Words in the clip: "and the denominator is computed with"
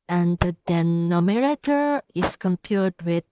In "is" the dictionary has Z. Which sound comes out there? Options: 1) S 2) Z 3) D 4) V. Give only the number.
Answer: 1